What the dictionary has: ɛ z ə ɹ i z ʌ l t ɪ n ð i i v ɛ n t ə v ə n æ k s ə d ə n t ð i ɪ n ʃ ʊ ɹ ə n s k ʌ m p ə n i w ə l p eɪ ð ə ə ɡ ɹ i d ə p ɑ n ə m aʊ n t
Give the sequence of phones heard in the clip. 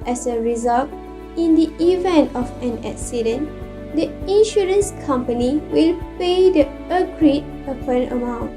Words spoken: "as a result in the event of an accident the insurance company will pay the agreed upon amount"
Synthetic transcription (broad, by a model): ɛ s ə ɹ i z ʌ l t ɪ n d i i v ɛ n t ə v ə n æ k s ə d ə n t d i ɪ n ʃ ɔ ɹ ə n s k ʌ m p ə n i w ə l p eɪ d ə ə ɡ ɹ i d ə p ɑ n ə m aʊ n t